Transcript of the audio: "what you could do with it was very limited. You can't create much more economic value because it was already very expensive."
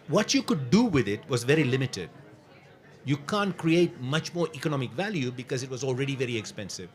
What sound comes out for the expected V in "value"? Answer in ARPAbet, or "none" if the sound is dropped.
V